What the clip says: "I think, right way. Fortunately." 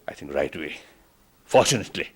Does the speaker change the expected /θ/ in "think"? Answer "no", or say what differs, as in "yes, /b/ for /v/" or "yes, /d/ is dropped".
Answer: yes, /t/ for /θ/